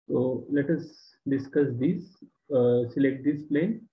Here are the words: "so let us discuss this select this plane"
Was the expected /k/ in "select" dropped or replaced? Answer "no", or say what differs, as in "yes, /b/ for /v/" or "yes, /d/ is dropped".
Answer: no